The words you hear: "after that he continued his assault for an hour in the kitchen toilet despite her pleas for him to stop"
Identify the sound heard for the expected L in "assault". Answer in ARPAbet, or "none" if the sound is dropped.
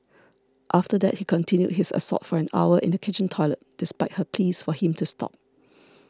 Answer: none